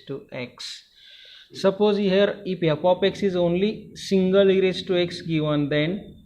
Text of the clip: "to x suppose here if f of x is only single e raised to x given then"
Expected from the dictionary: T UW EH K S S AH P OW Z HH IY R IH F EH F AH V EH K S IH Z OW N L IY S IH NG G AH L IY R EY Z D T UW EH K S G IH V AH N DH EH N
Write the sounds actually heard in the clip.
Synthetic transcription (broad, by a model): T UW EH K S S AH P OW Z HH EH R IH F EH P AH P EH K S IH Z OW N L IY S IH NG G AH L IY R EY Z T UW EH K S G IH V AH N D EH N